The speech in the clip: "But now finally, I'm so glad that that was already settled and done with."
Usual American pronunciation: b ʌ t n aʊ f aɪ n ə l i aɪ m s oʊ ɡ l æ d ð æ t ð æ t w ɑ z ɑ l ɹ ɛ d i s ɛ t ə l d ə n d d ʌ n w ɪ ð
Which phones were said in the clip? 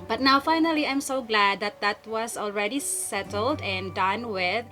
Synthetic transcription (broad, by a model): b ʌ t n aʊ f aɪ n ə l i aɪ m s oʊ ɡ l æ d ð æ t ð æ t w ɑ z ɑ l ɹ ɛ d i s ɛ t ə l d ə n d d ʌ n w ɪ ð